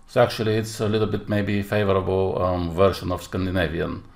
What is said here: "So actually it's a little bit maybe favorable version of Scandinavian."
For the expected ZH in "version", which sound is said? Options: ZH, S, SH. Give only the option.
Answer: SH